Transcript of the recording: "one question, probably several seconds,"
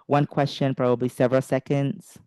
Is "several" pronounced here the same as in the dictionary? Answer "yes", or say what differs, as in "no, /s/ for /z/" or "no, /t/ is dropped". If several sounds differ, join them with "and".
yes